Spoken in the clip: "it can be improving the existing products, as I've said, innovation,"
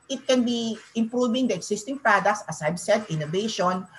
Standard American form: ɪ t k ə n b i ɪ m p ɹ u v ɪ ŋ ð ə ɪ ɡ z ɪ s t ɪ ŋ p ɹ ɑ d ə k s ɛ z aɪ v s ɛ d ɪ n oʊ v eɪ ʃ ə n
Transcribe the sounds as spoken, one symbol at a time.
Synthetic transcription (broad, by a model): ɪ t k ə n b i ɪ m p ɹ u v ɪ ŋ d ə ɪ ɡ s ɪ s t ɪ ŋ p ɹ ɑ d ə k s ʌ s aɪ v s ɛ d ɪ n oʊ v eɪ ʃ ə n